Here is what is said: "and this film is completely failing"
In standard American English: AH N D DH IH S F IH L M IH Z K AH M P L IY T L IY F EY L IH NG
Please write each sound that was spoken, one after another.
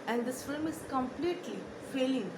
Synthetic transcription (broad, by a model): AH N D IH S F IH L M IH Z K AH M P L IY T L IY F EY L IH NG